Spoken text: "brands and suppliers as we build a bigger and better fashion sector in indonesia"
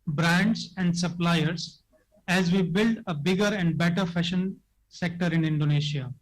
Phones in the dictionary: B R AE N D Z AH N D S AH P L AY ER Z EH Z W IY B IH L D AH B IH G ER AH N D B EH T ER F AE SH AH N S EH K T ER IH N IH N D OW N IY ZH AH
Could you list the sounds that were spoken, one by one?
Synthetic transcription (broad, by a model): B R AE N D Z AH N D S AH P L AY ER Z EH Z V IY B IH L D AH B IH G ER AH N D B EH T ER F AE SH AH N S EH K T ER IH N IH N D OW N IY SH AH